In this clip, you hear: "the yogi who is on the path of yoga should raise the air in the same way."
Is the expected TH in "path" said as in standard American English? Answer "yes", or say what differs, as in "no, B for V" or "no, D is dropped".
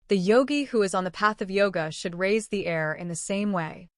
yes